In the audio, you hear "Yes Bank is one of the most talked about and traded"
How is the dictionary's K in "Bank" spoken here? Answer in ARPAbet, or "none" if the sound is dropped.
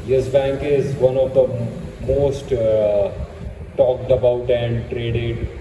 K